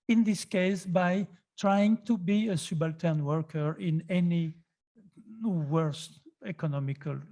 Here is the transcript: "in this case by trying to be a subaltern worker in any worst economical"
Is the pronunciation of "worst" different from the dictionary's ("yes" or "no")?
no